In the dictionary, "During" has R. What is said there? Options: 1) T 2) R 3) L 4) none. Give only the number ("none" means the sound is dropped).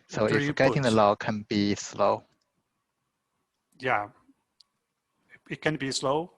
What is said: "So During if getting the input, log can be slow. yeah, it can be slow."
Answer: 4